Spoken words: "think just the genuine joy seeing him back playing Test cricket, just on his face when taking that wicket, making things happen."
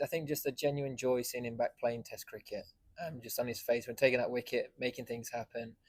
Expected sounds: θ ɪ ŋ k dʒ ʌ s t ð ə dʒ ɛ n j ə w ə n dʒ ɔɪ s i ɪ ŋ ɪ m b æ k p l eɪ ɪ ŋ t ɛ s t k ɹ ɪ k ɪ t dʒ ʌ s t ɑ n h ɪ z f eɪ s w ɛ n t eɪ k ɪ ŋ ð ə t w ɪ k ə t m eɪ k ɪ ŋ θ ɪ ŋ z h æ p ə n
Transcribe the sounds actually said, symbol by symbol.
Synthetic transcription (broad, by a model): θ ɪ ŋ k dʒ ʌ s t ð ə dʒ ɛ n j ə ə n dʒ ɔɪ s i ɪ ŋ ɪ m b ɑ k p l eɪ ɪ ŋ t ɛ s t k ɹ ɪ k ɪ t dʒ ʌ s t n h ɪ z f eɪ s w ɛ n t eɪ k ɪ ŋ ð ə t w ɪ k ə t m eɪ k ɪ ŋ θ ɪ ŋ z h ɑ p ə n